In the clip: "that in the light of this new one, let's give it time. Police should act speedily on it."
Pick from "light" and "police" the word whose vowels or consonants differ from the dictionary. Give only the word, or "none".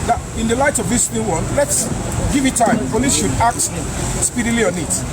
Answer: police